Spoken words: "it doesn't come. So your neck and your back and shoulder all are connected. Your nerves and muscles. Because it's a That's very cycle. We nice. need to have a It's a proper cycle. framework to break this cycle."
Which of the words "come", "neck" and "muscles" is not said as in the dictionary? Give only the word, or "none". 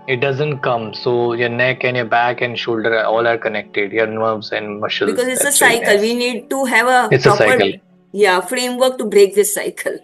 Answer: muscles